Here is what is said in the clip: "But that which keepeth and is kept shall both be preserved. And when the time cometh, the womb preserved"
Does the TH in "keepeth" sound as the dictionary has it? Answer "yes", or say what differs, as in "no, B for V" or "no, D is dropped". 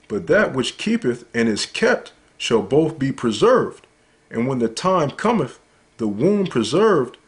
yes